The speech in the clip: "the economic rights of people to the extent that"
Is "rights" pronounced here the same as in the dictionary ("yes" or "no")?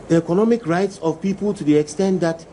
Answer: yes